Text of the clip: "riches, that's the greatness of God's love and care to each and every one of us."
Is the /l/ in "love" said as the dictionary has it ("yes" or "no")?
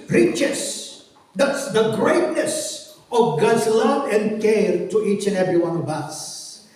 yes